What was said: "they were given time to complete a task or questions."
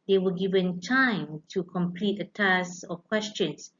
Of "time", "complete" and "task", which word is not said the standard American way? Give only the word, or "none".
task